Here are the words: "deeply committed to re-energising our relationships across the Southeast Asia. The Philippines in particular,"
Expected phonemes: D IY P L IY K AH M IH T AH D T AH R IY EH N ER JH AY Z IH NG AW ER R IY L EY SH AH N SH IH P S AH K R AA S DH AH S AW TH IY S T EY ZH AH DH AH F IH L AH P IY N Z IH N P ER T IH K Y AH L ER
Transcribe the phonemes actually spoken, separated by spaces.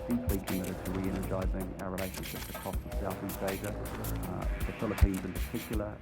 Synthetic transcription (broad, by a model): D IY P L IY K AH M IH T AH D T AH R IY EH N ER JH AY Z IH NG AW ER R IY L EY SH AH N SH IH P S AH K R AA S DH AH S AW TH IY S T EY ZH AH DH AH F IH L AH P IY N Z IH N P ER T IH K Y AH L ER